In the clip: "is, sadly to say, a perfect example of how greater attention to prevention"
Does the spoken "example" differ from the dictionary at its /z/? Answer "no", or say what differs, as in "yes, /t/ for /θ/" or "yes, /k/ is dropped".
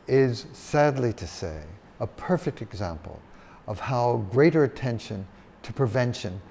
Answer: no